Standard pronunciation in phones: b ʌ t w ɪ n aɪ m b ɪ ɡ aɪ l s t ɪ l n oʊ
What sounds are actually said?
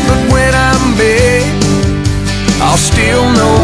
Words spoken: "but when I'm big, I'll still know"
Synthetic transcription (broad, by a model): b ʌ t w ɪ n aɪ m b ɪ aɪ l s t ɪ l n oʊ